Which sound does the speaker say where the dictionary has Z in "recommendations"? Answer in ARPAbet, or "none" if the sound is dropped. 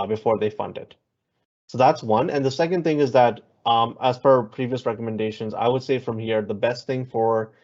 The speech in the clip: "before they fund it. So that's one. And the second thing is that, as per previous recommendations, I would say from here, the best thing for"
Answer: Z